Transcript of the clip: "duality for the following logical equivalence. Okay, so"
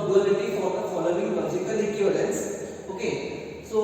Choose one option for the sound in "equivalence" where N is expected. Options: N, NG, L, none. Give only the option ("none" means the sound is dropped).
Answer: none